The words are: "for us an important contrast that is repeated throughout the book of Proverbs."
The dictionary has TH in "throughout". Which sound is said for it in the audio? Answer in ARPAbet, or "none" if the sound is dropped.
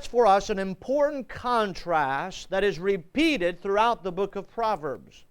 TH